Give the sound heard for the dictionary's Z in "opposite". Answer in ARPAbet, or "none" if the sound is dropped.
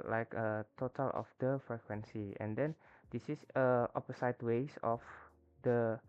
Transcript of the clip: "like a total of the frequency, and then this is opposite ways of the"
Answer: S